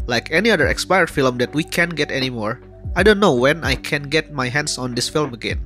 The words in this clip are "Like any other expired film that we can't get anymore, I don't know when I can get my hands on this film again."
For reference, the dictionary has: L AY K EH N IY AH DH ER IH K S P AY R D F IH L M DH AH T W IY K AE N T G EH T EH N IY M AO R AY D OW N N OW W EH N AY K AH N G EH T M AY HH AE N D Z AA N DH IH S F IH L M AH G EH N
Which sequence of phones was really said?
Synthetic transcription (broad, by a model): L AY K EH N IY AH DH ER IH K S P AY R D F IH L M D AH T W IY K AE N G EH T EH N IY M AO R AY D OW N N OW W EH N AY K AH N G EH T M AY HH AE N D S AA N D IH S F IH L M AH G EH N